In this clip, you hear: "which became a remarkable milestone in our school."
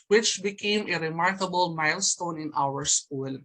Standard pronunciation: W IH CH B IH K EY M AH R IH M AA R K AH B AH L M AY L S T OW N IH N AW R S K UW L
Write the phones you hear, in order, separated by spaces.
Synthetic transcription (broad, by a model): W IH CH B IH K EY M AH R IH M AA R K AH B AH L M AY L S T OW N IH N AW R S K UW L